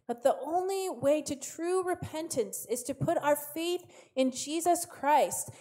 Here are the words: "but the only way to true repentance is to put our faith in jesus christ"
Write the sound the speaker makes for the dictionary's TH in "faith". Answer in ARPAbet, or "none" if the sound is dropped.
TH